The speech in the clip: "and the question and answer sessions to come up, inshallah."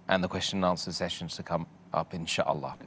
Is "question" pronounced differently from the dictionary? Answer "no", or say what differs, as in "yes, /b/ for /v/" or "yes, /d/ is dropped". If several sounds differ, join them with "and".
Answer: no